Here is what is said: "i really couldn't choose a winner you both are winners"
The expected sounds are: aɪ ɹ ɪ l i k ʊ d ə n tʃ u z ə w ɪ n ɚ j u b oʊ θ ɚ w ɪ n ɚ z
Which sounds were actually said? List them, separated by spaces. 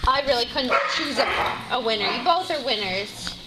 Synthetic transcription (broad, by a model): aɪ ɹ ɪ l i k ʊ d n tʃ u z ə w ɪ n ɚ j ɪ b oʊ θ ɚ w ɪ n ɚ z